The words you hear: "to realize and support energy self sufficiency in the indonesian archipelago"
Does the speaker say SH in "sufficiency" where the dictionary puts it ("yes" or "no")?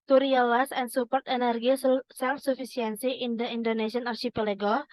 no